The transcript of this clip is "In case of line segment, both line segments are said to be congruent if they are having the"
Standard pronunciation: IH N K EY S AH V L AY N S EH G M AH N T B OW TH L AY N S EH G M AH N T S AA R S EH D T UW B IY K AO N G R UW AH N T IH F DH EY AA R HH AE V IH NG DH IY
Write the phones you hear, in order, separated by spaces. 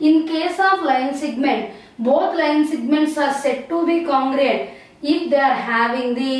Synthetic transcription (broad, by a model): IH N K EY S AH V L AY N S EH G M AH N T B OW T L AY N S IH G M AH N T S AA R S EH D T UW B IY K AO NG G R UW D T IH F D EY AA R HH AE V IH NG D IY